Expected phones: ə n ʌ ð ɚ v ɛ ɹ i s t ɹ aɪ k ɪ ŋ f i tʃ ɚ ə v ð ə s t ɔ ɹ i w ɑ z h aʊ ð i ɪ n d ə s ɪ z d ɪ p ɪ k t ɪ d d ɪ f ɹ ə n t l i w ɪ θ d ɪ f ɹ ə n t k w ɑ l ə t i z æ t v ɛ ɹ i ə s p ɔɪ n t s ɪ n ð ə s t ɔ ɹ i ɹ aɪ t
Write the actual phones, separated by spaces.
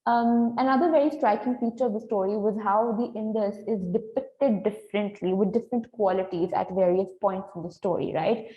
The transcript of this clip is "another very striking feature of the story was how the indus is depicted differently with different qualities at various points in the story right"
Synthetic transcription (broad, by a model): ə n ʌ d ɚ v ɛ ɹ i s t ɹ aɪ k ɪ ŋ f i tʃ ɚ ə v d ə s t ɔ ɹ i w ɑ z h aʊ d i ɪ n d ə s ɪ z d ɪ p ɪ k t ɪ d d ɪ f ɹ ə n t l i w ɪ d d ɪ f ɹ ə n t k w ɑ l ə t i z æ t v ɛ ɹ i ə s p ɔɪ n t s ɪ n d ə s t ɔ ɹ i ɹ aɪ t